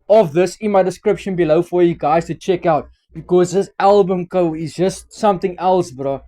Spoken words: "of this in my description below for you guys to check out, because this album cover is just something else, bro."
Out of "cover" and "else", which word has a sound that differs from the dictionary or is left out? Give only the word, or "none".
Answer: cover